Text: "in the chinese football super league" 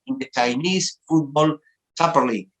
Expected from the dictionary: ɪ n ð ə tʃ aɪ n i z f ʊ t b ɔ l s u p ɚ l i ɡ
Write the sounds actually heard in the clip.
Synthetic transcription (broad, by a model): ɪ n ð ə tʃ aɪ n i s f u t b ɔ l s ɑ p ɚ l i